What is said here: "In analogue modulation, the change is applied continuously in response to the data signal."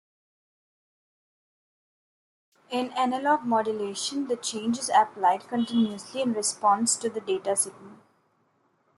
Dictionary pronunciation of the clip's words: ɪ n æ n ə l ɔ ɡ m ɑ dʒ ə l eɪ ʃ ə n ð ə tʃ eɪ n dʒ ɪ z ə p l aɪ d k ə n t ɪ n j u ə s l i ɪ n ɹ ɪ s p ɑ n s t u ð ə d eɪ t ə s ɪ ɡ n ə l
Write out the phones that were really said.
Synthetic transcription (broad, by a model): ɪ n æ n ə l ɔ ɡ m ɑ dʒ ə l eɪ ʃ ə n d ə tʃ eɪ n dʒ ɪ z ə p l aɪ d k ə n t ɪ n j u ə s l i ɪ n ɹ ɪ s p ɑ n s t u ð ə d eɪ t ə s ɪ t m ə n